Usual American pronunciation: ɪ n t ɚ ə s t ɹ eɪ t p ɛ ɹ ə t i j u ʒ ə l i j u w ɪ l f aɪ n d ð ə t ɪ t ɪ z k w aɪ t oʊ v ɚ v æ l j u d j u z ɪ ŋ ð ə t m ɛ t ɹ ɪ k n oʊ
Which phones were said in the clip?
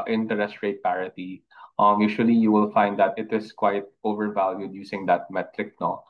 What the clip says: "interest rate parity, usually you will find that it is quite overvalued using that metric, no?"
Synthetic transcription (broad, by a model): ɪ n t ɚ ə s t ɹ eɪ t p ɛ ɹ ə t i j u ʃ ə l i j u w ɪ l f aɪ n d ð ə t ɪ t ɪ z k w aɪ t oʊ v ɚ v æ l j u d j u s ɪ ŋ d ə t m ɛ t ɹ ɪ k n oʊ